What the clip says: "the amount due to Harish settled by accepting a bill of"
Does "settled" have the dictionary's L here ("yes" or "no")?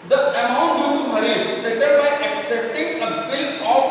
no